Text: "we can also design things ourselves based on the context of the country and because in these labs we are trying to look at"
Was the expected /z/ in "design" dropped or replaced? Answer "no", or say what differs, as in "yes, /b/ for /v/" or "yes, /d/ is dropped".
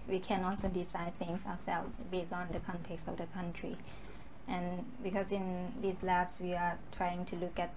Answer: yes, /s/ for /z/